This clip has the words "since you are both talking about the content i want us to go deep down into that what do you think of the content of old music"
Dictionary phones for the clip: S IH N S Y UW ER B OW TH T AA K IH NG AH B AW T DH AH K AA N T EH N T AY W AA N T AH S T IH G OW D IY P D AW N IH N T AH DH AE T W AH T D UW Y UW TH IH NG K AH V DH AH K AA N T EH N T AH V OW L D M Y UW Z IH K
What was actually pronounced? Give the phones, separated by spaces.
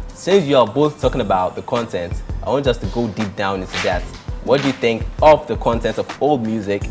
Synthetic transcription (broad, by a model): S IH N S Y UW ER B OW TH T AA K IH NG AH B AW T DH AH K AA N T EH N T AY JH AH S T IH G OW D IY P D AW N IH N S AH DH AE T W AH T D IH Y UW TH IH NG K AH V DH AH K AA N T EH N T AH V OW L D M Y UW Z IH K